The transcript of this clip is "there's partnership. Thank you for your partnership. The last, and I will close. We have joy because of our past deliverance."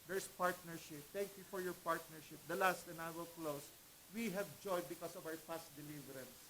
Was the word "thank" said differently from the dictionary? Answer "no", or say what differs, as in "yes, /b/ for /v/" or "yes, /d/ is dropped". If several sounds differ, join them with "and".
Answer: yes, /t/ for /θ/